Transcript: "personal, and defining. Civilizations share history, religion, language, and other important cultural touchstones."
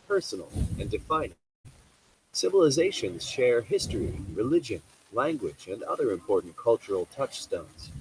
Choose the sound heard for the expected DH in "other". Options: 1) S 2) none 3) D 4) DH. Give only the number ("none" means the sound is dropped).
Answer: 4